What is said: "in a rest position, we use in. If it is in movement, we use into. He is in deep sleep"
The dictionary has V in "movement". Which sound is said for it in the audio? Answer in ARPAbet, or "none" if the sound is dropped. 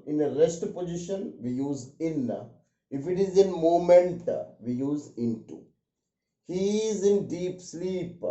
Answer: none